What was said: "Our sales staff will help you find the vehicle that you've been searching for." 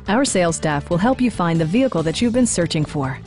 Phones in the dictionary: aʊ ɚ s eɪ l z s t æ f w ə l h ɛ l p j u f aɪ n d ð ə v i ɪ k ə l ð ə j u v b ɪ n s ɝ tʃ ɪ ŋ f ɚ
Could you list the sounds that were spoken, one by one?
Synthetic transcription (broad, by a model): aʊ ɚ s eɪ l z s t æ f w ə l h ɛ l p j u f aɪ n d ð ə v i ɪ k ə l ð ə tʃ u v b ɪ n s ɝ tʃ ɪ ŋ f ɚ